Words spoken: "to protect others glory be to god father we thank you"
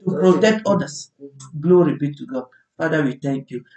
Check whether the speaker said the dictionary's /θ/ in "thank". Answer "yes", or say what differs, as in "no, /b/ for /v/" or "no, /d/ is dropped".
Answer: no, /t/ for /θ/